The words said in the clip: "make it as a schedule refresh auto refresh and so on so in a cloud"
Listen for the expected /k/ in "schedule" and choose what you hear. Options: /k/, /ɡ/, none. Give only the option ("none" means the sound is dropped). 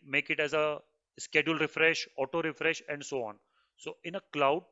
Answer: /k/